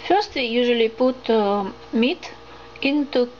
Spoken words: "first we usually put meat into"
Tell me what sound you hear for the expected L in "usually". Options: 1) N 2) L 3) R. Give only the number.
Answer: 2